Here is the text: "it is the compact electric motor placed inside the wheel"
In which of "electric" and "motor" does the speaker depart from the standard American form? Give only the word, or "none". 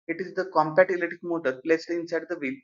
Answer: electric